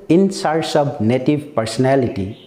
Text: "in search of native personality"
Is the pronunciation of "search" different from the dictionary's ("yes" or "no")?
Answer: yes